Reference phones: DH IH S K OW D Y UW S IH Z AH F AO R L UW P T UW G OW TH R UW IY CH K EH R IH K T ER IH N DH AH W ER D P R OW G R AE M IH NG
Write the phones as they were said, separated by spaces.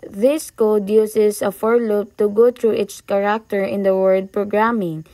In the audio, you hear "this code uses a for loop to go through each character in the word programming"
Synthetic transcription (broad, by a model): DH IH S K OW D Y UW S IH S AH F AO R L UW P T UW G OW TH R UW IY S K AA R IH K T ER IH N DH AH W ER D P R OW G R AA M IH NG